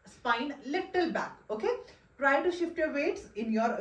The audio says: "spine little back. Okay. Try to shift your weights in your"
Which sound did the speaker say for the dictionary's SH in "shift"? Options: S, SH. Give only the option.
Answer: SH